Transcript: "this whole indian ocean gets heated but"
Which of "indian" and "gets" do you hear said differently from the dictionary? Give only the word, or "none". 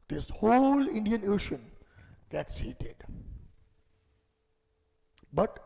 none